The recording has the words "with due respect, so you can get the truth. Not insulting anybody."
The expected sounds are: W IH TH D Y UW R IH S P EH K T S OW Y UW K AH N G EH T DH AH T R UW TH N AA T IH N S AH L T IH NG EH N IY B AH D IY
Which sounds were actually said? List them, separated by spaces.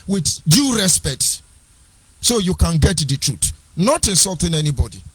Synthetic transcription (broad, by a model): W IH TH D Y UW R IH S P EH K T S OW Y UW K AH N G EH T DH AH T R UW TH N AA T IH S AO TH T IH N EH N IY B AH D IY